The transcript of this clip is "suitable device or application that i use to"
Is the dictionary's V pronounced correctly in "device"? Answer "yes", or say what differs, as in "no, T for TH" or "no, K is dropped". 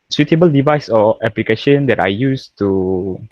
yes